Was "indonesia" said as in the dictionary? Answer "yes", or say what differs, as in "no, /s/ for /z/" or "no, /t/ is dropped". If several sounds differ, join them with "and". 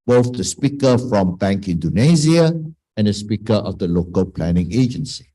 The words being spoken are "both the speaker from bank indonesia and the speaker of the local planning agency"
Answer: no, /z/ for /ʒ/